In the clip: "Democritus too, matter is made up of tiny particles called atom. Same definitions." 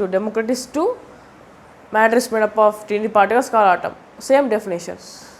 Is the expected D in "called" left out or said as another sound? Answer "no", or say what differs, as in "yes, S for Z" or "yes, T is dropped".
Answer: yes, D is dropped